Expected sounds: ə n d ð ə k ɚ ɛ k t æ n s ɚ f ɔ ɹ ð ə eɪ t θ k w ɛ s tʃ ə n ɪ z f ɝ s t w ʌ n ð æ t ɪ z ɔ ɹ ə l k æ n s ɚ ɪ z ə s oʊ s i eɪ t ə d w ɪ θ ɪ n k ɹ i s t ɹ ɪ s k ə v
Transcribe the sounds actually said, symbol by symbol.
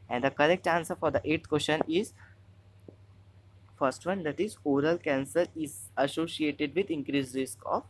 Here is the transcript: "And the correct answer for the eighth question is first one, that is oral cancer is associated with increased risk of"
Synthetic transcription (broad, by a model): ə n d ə k ɚ ɛ k t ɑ n s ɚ f ɔ ɹ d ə eɪ t t k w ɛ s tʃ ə n ɪ z f ɝ s t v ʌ n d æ t ɪ z ɔ ɹ ə l k æ n s ɚ ɪ z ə s oʊ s i eɪ t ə d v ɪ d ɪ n k ɹ i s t ɹ ɪ s k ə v